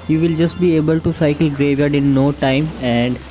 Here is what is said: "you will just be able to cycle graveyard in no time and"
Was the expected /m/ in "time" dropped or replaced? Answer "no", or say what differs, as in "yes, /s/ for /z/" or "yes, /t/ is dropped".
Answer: no